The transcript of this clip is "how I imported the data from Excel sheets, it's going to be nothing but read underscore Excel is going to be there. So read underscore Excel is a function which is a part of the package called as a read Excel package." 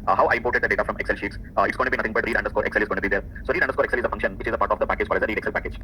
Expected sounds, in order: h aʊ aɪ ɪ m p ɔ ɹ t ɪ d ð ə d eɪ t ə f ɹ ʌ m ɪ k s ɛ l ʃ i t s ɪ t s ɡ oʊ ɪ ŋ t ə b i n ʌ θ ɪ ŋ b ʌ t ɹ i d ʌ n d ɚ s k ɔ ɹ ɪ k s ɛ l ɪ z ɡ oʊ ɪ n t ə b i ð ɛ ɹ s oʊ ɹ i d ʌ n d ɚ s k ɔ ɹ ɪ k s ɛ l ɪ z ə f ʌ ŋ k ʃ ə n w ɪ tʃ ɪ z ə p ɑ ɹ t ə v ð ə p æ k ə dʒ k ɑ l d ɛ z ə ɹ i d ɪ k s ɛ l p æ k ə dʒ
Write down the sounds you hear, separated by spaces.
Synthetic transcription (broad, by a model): h aʊ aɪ ɪ m p ɔ ɹ t ɪ d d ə d eɪ t ə f ɹ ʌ m ɪ k s ɛ l ʃ i t s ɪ t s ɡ oʊ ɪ t ə b i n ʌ t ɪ ŋ b ʌ t ɹ i d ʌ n d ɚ s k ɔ ɹ ɪ k s ɛ l ɪ z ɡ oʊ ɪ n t b i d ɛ ɹ s oʊ ɹ i d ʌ n d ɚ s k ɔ ɹ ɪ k s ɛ l ɪ z ə f ʌ ŋ k ʃ ə n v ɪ tʃ ɪ z ə p ɑ ɹ t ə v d ə p æ k ə dʒ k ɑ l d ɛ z ə ɹ i d ɪ k s ɛ l p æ k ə dʒ